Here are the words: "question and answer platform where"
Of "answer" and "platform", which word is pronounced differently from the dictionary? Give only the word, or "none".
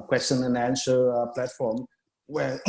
answer